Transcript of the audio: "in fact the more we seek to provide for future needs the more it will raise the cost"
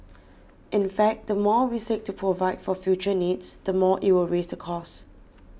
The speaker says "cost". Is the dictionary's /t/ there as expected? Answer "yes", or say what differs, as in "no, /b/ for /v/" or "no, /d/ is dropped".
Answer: no, /t/ is dropped